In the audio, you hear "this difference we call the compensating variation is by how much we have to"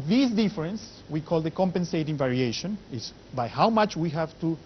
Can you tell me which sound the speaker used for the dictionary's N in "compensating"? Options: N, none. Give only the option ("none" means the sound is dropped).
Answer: N